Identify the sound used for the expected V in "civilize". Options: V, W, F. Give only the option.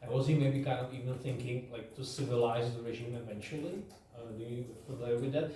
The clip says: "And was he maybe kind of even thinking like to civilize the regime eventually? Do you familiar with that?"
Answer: V